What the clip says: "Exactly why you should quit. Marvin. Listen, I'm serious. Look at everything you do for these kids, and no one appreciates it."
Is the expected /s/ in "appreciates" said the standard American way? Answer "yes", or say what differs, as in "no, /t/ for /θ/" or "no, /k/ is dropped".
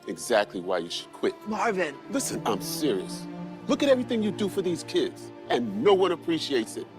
yes